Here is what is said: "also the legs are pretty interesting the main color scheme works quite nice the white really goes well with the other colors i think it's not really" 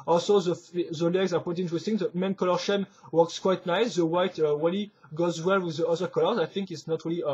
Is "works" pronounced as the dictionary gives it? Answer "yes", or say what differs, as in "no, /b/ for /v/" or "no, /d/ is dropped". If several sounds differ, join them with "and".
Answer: yes